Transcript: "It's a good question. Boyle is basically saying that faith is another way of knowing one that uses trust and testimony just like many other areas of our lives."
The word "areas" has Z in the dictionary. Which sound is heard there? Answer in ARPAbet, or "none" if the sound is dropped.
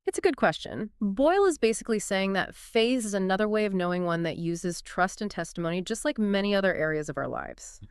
Z